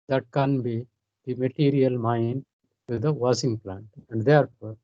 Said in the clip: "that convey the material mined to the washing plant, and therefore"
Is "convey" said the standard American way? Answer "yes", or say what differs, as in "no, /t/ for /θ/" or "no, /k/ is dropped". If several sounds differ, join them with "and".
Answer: no, /b/ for /v/